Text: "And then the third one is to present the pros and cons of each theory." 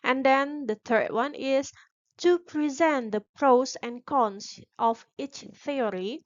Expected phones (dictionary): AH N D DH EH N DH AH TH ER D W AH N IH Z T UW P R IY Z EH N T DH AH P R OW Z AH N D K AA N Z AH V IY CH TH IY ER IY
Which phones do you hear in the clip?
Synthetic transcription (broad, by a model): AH N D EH N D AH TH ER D W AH N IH S T UW P R IY Z EH N T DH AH P R OW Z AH N K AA N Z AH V IY CH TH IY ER IY